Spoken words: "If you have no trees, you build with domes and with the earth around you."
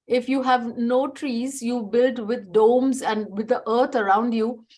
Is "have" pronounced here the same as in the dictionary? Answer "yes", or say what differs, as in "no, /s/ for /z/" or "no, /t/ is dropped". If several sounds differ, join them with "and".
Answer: yes